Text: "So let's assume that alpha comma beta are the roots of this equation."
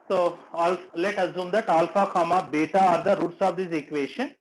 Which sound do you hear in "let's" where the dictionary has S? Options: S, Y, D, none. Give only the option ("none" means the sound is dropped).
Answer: none